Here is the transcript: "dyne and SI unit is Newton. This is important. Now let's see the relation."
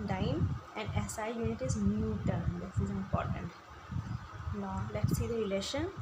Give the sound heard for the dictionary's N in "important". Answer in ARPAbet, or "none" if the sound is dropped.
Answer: N